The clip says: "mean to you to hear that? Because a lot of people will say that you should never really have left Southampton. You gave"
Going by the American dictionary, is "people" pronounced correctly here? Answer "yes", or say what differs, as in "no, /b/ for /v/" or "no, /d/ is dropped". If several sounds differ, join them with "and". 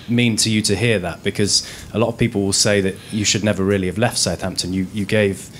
yes